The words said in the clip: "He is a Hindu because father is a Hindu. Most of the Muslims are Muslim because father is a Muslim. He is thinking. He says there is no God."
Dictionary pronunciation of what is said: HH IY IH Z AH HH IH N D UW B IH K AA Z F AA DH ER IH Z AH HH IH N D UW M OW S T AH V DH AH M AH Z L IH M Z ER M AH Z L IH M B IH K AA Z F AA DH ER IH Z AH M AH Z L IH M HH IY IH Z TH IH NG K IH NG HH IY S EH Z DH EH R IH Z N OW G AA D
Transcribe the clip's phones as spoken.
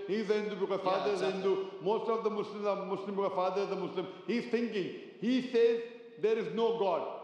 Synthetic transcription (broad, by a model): HH IY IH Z AH HH IH N D UW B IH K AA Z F AA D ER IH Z AH HH IH N D UW M OW S T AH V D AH M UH S L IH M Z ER M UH S L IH M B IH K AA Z F AA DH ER IH Z AH M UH S L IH M HH IY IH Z T IH NG K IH NG HH IY S EH Z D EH R IH Z N OW G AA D